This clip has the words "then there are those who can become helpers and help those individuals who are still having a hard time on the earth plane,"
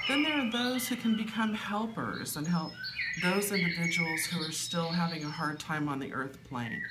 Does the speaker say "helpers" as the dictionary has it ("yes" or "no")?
yes